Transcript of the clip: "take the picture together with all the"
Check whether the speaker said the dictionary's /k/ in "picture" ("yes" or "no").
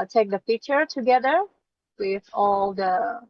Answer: no